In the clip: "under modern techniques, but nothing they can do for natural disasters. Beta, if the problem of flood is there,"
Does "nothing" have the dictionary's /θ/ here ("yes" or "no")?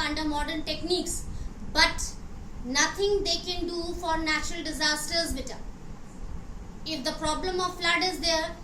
no